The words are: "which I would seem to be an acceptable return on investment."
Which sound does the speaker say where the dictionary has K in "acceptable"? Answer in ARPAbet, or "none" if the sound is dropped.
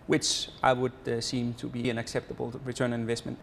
K